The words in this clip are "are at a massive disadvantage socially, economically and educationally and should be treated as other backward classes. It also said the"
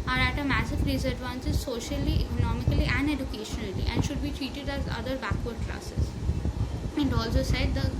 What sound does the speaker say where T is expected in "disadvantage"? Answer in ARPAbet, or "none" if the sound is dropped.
S